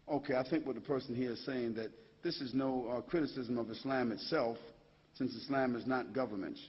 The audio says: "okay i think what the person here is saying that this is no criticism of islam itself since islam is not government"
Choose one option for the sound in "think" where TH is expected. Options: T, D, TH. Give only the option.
TH